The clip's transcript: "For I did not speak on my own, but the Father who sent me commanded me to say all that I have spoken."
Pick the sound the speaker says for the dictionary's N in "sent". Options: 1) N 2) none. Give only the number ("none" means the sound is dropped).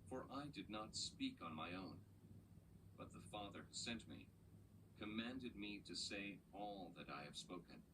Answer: 1